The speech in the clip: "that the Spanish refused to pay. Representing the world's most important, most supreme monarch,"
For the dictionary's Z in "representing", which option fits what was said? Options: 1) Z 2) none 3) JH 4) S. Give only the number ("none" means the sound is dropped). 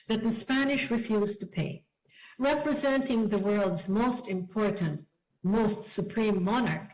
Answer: 1